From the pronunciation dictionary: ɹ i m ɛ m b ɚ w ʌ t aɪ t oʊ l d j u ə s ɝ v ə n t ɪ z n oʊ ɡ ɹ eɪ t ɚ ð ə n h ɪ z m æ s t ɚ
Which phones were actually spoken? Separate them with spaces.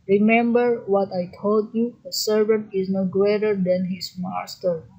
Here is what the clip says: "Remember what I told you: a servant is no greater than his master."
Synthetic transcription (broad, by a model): ɹ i m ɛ m b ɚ w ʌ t aɪ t oʊ l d j u ə s ɝ v ə n t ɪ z n oʊ ɡ ɹ eɪ t ɚ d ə n h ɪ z m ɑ s t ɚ